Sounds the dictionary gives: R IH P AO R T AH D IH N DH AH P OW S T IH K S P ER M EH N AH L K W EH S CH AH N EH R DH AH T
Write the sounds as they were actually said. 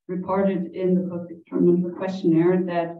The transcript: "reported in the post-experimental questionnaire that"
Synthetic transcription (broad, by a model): R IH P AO R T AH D IH N DH AH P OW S IH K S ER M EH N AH K W EH S CH AH N EH R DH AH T